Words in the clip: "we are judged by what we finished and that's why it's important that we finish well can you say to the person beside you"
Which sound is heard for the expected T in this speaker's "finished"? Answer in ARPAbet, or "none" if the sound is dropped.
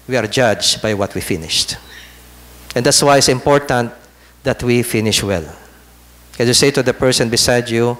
T